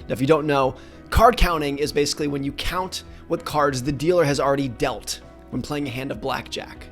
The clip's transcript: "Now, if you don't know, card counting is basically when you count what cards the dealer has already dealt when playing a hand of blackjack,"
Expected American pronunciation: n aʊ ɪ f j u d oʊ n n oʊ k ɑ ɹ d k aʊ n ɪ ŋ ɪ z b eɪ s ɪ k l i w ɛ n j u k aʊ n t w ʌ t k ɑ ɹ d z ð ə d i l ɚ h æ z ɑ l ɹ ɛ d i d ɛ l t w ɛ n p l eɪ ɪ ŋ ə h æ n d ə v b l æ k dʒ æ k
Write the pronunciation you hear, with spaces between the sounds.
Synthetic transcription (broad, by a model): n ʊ ɪ f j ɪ d oʊ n n oʊ k ɑ ɹ d k aʊ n ɪ ŋ ɪ z b eɪ s ɪ k l i w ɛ n j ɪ k aʊ n t w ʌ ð k ɑ ɹ d z ð ə d i l ɚ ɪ z l ɹ ɛ d i d ɛ l t w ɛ n p l eɪ ɪ ŋ ə h æ n d ə v b l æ k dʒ æ k